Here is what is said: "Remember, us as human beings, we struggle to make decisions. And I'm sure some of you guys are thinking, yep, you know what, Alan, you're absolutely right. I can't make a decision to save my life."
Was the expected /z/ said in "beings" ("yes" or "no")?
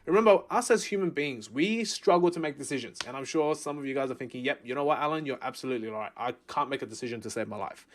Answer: yes